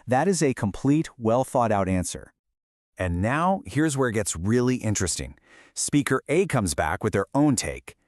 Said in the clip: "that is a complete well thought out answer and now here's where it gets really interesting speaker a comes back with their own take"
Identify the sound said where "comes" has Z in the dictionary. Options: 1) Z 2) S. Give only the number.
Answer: 1